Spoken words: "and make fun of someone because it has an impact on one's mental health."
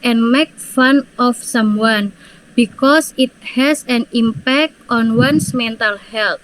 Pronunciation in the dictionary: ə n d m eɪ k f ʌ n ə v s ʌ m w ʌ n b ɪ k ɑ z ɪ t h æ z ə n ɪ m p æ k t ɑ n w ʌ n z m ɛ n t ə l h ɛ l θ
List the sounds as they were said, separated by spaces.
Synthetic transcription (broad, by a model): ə n m eɪ k f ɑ n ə f s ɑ m w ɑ n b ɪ k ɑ s ɪ t h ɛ s ə n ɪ m p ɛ k t ɑ n w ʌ n s m ɛ n t ə l h ɛ l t